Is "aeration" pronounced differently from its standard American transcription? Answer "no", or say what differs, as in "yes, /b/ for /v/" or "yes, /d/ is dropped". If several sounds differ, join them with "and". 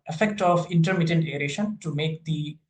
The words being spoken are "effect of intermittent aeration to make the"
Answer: no